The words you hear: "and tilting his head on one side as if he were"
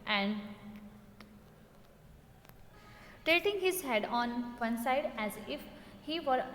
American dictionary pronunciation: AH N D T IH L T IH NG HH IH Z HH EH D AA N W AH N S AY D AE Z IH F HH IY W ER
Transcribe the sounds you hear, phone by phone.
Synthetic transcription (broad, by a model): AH N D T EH T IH NG HH IH Z HH EH D AA N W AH N S AY D AE Z IH F HH IY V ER